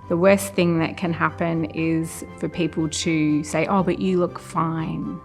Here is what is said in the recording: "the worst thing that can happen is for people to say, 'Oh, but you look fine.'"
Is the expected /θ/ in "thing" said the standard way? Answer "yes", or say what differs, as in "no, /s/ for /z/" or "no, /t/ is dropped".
yes